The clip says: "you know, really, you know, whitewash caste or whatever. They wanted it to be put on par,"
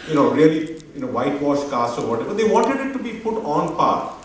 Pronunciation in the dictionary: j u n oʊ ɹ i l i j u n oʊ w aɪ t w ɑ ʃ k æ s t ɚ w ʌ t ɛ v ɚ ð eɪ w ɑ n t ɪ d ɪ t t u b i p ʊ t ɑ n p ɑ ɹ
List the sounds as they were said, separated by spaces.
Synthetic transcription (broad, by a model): j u n oʊ ɹ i l i j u n oʊ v aɪ t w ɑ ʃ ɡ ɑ s ɚ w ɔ t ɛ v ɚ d eɪ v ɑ n t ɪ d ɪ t t u b i p ʊ t ɑ n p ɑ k